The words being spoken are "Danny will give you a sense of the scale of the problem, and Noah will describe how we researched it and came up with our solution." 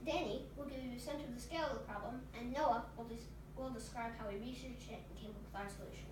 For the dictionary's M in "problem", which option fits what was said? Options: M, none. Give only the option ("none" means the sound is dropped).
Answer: M